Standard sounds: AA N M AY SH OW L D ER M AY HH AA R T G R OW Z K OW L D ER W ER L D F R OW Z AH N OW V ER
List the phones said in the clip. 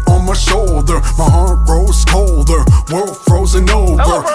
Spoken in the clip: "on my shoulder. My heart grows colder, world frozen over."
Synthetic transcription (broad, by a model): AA N M AY SH OW L D ER M AY HH AA R T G R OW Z K OW L D ER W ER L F R OW Z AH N OW V ER